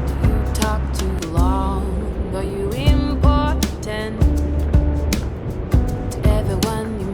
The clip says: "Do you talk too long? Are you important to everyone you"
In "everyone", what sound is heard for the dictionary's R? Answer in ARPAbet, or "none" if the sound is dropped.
none